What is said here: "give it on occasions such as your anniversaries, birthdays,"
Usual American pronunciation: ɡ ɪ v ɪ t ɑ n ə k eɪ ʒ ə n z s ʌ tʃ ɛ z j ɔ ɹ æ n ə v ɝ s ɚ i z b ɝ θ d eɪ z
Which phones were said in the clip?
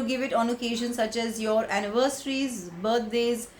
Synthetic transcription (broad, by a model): ɡ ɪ v ɪ t ɑ n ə k eɪ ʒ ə n s ʌ tʃ ɛ z j ɔ ɹ æ n ə v ɝ s ɚ i z b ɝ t d eɪ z